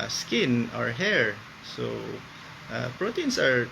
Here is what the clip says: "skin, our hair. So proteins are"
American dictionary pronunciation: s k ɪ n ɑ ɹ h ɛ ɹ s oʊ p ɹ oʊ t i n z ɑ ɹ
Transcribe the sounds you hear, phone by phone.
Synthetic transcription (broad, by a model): s k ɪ n ɑ ɹ h ɛ ɹ s oʊ p ɹ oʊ t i n s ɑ ɹ